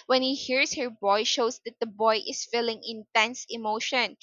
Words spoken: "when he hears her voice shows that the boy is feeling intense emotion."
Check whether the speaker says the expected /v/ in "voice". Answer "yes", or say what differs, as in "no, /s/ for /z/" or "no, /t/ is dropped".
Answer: no, /b/ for /v/